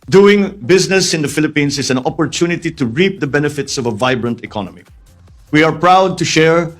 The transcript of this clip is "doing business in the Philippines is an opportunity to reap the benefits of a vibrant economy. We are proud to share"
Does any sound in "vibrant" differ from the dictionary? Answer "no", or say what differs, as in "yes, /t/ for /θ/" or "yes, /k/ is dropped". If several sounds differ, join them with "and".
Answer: no